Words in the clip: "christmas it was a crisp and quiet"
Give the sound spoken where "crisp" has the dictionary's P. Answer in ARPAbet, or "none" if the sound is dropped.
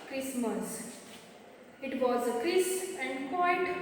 none